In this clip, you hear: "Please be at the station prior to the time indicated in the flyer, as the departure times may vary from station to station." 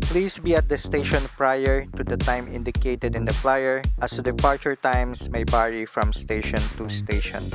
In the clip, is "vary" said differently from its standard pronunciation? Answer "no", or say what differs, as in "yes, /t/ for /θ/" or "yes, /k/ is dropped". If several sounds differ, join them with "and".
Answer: yes, /b/ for /v/